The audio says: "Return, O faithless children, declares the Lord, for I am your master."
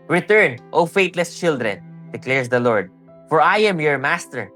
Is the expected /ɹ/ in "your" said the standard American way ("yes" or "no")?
yes